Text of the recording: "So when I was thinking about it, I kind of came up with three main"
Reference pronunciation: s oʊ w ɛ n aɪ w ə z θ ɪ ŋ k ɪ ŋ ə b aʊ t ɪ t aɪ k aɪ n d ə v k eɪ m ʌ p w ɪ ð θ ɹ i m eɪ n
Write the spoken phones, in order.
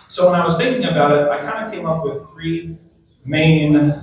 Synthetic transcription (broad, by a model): s oʊ w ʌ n aɪ w ə z θ ɪ ŋ k ɪ ŋ ə b aʊ t ɪ t aɪ k aɪ n d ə k eɪ m ʌ p w ɪ ð θ ɹ i m eɪ n